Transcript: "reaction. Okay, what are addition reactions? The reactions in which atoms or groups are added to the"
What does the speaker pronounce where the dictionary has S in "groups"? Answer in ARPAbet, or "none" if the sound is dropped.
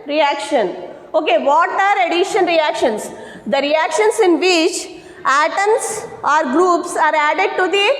S